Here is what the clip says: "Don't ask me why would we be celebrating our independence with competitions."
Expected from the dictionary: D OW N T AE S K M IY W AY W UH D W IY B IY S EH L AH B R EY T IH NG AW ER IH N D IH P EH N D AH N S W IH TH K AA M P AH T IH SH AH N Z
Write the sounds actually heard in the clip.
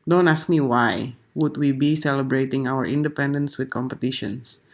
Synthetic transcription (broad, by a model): D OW N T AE S K M IY W AY W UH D W IY B IY S EH L AH B R EY T IH NG AW ER IH N D IH P EH N D AH N S W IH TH K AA M P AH T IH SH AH N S